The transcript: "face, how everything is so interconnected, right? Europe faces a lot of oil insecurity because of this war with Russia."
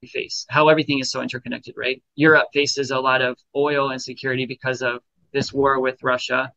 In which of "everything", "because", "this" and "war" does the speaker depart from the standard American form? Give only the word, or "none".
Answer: none